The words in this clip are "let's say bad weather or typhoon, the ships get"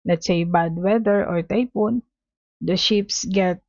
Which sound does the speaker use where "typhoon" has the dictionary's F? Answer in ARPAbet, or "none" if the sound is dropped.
P